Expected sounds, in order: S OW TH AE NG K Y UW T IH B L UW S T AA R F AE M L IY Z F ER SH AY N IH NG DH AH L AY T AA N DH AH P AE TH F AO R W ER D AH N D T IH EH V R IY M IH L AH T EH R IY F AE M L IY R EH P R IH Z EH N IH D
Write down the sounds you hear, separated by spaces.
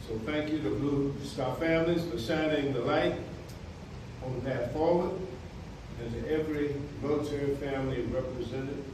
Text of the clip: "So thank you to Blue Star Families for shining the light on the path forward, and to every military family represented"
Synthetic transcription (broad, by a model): S OW TH AE NG K Y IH T IH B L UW S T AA F AE M L IY Z F ER S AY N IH NG DH AH L AY T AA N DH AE T F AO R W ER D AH N T IH EH V R IY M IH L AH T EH R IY F AE M L IY R EH P R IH Z EH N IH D